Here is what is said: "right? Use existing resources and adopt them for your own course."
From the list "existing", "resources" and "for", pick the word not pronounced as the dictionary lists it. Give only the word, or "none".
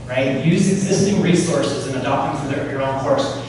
none